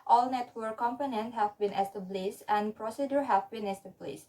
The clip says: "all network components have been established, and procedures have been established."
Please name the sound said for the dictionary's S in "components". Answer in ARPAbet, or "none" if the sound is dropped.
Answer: none